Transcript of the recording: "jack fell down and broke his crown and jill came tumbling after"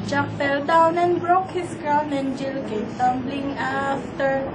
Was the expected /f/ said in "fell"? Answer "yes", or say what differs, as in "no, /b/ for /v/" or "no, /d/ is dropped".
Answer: no, /p/ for /f/